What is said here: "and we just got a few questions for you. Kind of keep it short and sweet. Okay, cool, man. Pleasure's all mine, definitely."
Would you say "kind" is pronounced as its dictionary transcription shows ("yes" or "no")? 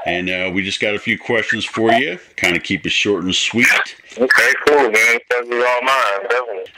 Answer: yes